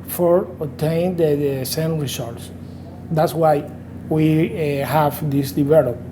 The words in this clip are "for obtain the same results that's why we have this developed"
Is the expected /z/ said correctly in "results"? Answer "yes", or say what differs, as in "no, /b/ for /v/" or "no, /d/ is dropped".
no, /s/ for /z/